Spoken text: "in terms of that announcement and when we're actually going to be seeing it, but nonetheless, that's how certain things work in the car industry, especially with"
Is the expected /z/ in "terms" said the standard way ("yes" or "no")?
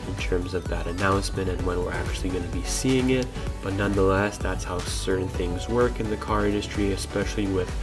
yes